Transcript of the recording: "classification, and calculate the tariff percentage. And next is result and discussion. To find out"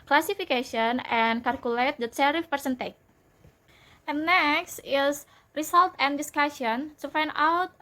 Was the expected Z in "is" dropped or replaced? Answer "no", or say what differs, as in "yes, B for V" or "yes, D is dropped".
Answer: yes, S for Z